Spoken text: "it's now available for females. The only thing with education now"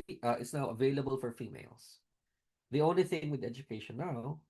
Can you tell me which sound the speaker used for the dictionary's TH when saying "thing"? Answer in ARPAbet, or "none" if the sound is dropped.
TH